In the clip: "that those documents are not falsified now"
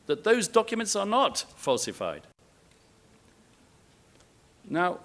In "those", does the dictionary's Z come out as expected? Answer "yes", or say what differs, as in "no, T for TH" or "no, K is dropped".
yes